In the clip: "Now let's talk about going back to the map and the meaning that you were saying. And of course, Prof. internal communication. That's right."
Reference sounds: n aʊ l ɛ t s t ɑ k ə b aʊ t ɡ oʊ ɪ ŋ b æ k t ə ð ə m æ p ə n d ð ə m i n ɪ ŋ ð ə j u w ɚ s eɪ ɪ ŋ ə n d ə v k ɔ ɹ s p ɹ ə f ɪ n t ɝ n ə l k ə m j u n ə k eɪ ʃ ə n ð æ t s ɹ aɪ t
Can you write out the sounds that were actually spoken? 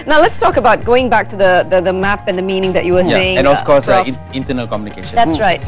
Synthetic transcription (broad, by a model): n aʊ l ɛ t s t ɑ k ə b aʊ t ɡ oʊ ɪ ŋ b æ k t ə ð ə m æ p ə n ð ə m i n ɪ ŋ ð ə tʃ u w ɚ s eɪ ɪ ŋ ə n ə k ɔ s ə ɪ n t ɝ n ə l k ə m j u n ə k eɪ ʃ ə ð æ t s ɹ aɪ t